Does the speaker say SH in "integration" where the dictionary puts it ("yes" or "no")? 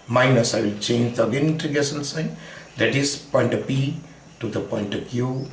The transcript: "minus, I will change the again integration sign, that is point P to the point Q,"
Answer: no